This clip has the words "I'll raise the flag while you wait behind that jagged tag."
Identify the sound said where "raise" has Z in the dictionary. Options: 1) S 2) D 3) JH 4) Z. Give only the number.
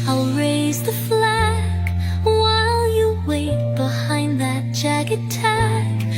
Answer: 4